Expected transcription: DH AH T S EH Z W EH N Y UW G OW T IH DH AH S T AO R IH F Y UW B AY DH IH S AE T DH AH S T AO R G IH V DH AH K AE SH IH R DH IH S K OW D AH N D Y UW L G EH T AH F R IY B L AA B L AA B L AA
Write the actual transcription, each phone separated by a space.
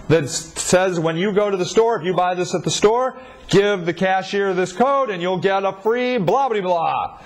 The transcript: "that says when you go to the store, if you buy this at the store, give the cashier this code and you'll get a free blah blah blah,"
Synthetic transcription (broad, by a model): DH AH T S EH Z W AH N Y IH G OW T IH DH AH S T AO R IH F Y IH B AY DH IH S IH T DH AH S T AO R G IH V DH AH K AE SH IH R DH IH S K OW D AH N Y UW L G EH T AH F R IY B L AA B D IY B L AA